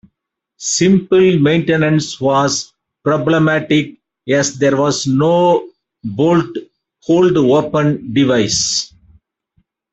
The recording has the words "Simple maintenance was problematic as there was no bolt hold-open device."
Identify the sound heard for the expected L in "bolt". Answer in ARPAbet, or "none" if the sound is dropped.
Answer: L